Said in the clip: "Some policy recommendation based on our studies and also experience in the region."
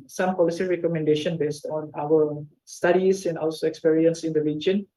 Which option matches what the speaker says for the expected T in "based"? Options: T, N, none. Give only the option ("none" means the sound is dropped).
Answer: T